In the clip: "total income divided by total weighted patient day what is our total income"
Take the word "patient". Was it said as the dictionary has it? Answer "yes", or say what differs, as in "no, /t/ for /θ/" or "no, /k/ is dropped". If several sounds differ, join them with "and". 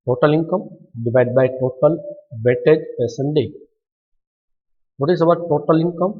no, /s/ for /ʃ/